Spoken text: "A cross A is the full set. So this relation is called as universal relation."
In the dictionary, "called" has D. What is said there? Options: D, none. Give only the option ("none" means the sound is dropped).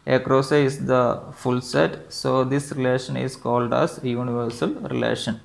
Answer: D